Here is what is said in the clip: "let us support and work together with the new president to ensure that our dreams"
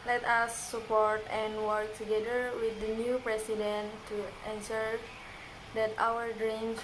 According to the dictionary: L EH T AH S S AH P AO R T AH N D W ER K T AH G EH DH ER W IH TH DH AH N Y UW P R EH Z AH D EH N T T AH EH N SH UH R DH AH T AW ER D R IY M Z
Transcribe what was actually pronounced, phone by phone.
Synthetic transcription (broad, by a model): L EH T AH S S AH P AO R T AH N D W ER K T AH G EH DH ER W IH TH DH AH N Y UW P R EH S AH D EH N T T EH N S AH R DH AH T AW ER D R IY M